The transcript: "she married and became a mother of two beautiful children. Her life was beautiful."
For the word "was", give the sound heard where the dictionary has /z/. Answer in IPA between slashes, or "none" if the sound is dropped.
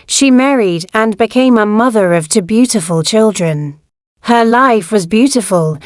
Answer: /z/